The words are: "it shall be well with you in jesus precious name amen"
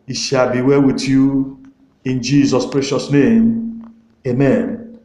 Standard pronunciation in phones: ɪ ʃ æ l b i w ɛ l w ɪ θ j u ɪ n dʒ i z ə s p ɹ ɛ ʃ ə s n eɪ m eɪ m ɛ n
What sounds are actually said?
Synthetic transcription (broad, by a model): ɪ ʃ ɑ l b i w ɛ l w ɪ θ j u ɪ n dʒ i z ə s p ɹ ɛ ʃ ə s n eɪ m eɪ m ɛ n